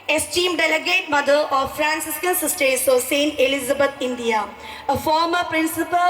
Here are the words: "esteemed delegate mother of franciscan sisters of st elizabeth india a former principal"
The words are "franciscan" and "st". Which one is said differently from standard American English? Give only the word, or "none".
none